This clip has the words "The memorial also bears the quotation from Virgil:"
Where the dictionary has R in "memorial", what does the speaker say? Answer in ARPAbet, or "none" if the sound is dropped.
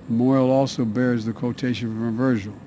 none